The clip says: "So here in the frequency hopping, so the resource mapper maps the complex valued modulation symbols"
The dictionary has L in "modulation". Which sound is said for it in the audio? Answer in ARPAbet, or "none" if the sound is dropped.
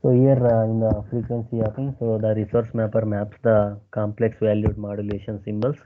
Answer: L